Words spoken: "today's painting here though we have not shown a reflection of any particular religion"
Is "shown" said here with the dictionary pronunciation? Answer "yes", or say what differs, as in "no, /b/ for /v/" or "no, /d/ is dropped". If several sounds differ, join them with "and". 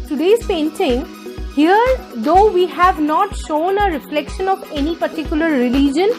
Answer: yes